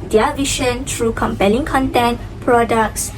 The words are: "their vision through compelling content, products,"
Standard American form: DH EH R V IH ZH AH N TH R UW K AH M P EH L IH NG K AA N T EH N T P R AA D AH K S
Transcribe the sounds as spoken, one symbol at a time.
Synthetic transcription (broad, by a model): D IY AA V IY SH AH N T R UW K AH M P EH L IH NG K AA N T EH N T P R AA D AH K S